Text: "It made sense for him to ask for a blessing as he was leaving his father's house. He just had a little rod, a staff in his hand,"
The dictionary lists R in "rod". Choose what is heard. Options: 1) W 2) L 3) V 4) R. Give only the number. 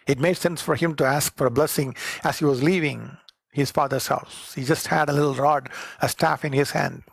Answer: 4